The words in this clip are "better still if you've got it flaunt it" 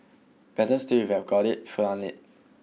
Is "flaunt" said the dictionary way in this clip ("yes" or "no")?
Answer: no